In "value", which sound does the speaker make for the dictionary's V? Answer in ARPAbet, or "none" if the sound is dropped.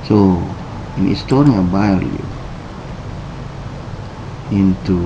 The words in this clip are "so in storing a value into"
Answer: B